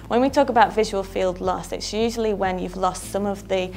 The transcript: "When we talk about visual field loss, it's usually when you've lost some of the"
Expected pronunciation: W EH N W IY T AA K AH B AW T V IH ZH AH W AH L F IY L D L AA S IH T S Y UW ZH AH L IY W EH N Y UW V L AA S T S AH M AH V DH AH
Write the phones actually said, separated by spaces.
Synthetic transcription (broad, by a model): W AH N W IY T AA K AH B AW T V IH ZH AH W AH L F IY L D L AA S IH T S Y UW ZH AH L IY W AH N Y UW V L AA S T S AH M AH V DH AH